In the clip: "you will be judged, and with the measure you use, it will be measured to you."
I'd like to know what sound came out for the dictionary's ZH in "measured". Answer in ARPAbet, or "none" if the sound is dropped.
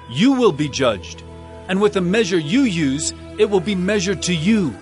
ZH